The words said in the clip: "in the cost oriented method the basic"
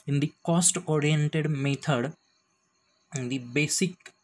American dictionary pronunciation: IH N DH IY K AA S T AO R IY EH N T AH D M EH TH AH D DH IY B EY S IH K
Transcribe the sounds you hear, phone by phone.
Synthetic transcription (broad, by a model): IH N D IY K AA S T AO R IY EH N T AH D M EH T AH D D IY B EY S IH K